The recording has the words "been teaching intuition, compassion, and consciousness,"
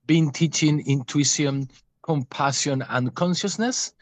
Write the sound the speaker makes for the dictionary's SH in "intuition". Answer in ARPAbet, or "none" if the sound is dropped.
none